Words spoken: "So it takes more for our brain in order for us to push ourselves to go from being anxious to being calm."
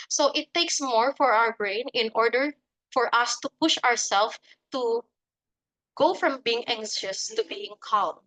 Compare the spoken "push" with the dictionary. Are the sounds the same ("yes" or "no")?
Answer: yes